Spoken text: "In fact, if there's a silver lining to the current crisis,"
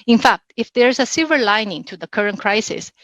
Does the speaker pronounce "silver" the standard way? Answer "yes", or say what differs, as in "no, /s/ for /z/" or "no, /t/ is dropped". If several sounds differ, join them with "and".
no, /l/ is dropped